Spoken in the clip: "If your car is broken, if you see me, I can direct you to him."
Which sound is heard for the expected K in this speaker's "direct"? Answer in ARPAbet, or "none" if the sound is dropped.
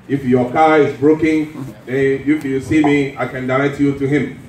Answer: none